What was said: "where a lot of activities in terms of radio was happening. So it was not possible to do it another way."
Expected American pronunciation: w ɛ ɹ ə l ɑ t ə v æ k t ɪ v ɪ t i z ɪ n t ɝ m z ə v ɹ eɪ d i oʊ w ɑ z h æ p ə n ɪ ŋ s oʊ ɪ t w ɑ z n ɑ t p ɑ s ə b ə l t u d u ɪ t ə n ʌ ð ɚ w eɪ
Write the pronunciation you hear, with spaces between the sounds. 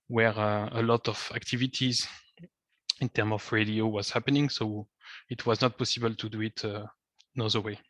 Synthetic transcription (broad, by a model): w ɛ ɹ ə l ɑ t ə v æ k t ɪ v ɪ t i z ɪ n t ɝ m ə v ɹ eɪ d i oʊ w ɑ z h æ p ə n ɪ ŋ s oʊ ɪ t w ɑ z n ɑ t p ɑ s ə b ə l t u d u ɪ t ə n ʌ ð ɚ w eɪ